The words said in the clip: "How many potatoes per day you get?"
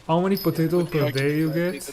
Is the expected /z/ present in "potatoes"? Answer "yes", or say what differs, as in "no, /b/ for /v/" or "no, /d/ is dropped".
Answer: no, /z/ is dropped